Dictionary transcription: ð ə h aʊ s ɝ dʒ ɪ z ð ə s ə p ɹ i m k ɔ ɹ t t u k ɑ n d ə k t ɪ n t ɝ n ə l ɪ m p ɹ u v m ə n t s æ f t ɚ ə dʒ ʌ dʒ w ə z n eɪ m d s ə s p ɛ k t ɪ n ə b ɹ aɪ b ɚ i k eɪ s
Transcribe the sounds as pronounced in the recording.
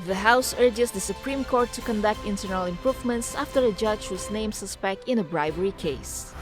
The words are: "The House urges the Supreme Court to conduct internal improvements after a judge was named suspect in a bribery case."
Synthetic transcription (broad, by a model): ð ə h aʊ s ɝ dʒ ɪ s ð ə s ə p ɹ i m k ɔ ɹ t t u k ɑ n d ə k t ɪ n t ɝ n ə l ɪ m p ɹ u v m ə n t s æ f t ɚ ə dʒ ʌ dʒ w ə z n eɪ m s ə s p ɛ k t ɪ n ə b ɹ aɪ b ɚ i k eɪ s